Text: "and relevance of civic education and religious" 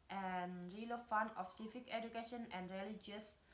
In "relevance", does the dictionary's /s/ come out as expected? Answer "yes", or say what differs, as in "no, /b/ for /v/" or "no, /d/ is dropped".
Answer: no, /s/ is dropped